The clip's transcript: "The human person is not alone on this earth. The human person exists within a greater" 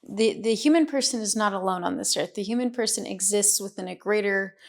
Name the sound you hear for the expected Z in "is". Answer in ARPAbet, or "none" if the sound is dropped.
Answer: Z